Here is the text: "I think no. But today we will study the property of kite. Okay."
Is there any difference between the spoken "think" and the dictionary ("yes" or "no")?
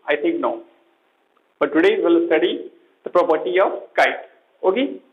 yes